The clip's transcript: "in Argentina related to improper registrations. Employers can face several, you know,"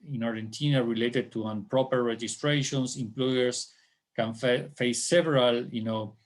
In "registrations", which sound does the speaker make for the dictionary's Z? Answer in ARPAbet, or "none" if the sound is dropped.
S